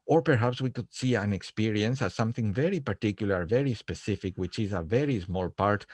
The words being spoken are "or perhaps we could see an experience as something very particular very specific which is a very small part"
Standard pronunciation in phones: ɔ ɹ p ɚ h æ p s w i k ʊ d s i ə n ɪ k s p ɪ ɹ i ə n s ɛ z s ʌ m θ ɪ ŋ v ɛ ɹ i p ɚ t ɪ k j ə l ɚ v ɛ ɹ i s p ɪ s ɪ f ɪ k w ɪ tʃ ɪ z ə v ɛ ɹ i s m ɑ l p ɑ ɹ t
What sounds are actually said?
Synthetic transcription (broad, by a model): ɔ ɹ p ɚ h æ p s w i k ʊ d s i ə n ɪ k s p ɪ ɹ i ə n s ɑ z s ʌ m θ ɪ ŋ v ɛ ɹ i p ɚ t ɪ k j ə l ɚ v ɛ ɹ i s p ɪ s ɪ f ɪ k w ɪ tʃ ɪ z ə v ɛ ɹ i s m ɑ l p ɑ ɹ t